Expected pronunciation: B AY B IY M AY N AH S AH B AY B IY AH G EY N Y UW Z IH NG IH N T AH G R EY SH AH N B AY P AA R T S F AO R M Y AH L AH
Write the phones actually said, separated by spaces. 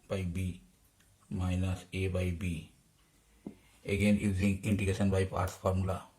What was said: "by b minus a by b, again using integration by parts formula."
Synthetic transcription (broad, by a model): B AY B IY M AY N AH S AH B AY B IY AH G EY N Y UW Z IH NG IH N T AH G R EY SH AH N B AY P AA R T F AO R M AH L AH